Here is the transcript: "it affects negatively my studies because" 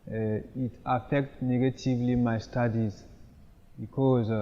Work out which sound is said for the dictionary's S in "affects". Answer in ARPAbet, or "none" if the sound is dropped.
none